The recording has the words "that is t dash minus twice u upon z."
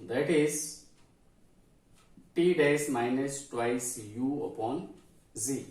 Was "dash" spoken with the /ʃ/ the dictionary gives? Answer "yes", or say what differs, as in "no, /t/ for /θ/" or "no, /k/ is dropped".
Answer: no, /s/ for /ʃ/